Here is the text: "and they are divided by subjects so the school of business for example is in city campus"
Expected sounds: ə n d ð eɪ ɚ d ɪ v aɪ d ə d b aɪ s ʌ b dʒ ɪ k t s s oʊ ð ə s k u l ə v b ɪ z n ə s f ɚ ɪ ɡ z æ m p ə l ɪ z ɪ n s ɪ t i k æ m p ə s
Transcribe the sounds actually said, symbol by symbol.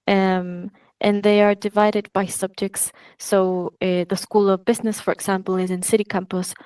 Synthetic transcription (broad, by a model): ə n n ð eɪ ɚ d ɪ v aɪ d ə d b aɪ s ʌ b dʒ ɪ k t s s oʊ ð ə s k u l ə v b ɪ z n ə s f ɚ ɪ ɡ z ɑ m p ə l ɪ z ɪ n s ɪ t i k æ m p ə s